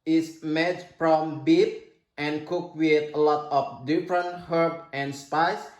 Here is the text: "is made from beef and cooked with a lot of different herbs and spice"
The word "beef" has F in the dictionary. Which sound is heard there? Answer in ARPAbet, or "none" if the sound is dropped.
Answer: P